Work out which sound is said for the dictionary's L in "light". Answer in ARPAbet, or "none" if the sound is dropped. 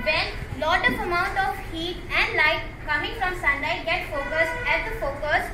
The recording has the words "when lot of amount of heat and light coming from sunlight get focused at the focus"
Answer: L